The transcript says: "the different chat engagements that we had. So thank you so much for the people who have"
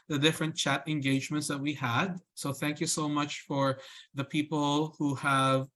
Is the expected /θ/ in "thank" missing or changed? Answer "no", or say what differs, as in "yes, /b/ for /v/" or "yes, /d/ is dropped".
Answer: no